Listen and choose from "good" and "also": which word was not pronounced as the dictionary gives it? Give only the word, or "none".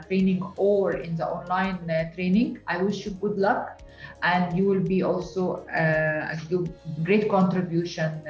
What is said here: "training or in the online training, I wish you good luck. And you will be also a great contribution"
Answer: none